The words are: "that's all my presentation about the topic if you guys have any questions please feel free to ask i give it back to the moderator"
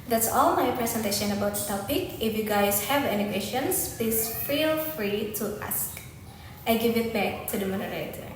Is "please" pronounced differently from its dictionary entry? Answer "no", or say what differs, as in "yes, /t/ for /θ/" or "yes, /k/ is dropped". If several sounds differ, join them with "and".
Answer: yes, /l/ is dropped